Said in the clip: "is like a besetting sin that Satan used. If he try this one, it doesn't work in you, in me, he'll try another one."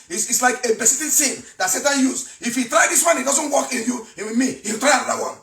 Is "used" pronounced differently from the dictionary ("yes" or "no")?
yes